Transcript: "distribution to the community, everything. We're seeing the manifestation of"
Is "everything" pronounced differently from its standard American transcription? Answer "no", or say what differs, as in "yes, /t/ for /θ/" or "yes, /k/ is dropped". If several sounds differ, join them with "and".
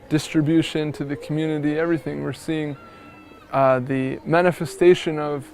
no